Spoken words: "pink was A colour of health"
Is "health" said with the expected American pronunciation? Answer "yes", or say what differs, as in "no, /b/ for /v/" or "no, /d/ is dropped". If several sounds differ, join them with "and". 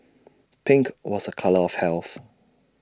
yes